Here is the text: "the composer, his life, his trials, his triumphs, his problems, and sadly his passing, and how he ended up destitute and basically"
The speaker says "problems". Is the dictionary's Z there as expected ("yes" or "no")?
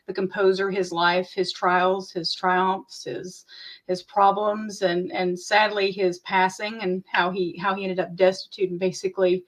yes